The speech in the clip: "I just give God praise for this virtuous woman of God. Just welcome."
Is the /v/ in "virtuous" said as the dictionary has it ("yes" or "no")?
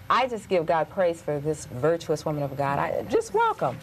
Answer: yes